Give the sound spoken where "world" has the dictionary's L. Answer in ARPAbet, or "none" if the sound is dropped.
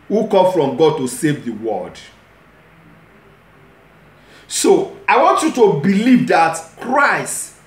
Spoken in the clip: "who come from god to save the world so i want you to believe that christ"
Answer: none